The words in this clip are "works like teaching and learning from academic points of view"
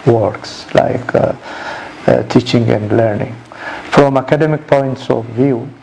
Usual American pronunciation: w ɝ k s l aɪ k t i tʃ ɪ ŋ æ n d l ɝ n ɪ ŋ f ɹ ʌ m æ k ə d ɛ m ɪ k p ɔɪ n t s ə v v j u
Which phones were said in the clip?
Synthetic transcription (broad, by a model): w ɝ k s l aɪ k t i tʃ ɪ ŋ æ n d l ɝ n ɪ ŋ f ɹ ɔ m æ k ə d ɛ m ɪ k p ɔɪ n t s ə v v j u